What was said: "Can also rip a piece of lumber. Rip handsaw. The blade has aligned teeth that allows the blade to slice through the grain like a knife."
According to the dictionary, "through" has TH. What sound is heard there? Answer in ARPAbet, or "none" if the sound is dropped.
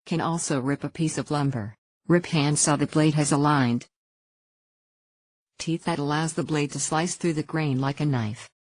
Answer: TH